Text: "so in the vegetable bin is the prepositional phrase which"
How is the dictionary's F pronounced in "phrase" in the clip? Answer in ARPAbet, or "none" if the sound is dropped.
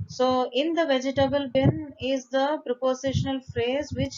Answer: F